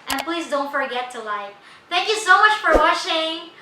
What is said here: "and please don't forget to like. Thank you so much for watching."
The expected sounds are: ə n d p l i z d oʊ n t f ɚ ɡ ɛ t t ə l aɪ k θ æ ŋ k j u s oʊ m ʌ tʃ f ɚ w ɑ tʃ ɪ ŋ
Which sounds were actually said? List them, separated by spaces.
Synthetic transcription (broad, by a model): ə n p l i z d oʊ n t f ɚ ɡ ɛ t t ə l aɪ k θ æ ŋ k j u s oʊ m ʌ tʃ f ɚ w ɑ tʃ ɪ ŋ